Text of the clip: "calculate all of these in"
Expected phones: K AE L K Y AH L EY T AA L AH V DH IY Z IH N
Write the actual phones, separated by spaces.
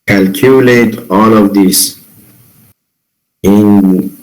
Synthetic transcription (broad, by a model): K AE L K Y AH L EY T AA L AH V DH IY S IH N